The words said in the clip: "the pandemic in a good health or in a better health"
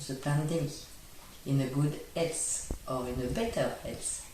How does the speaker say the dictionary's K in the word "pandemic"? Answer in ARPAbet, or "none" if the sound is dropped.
none